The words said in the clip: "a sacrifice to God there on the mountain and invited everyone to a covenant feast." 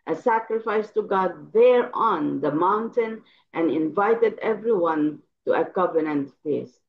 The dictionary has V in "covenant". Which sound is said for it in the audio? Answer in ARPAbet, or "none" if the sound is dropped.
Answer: V